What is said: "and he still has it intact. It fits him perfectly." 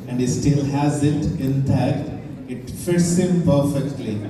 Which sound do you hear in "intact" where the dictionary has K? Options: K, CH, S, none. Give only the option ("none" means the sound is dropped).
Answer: none